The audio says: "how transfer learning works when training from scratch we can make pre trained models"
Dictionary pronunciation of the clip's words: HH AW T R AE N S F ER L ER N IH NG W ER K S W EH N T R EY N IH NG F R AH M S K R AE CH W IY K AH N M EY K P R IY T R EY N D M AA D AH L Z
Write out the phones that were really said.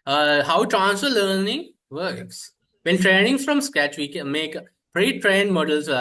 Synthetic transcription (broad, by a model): HH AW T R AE N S ER L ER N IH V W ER K S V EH N T R EY N IH NG F R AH M S K AE CH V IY K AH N M EY K P R IY T R EY N D M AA D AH L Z